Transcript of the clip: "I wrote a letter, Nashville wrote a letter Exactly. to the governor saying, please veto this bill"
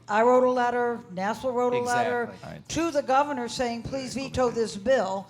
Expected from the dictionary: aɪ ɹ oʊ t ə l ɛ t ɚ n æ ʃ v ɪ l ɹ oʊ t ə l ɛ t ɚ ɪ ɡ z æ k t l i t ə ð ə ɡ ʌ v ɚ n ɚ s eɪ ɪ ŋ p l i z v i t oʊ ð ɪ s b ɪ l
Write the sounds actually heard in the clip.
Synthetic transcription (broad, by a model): aɪ ɹ oʊ t ə l ɛ t ɚ n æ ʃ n l ɹ oʊ t ə l ɛ t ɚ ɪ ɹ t t ə ð ə ɡ ʌ v ɚ n ɚ s eɪ ɪ ŋ p l i z v i t oʊ ð ɪ s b ɪ l